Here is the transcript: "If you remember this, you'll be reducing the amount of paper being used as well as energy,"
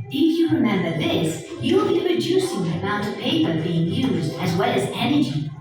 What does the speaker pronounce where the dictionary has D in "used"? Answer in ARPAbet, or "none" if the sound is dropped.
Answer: D